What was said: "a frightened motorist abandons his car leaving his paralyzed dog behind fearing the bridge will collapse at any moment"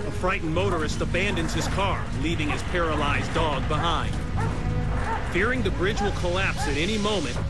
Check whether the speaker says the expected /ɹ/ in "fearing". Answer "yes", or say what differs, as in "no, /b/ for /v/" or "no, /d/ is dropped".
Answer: yes